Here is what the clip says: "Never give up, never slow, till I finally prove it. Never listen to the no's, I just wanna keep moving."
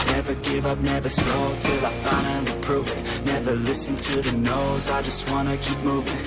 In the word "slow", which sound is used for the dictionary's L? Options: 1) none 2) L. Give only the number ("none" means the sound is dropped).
1